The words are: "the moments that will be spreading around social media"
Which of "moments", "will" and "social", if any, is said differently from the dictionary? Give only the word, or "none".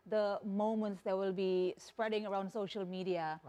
none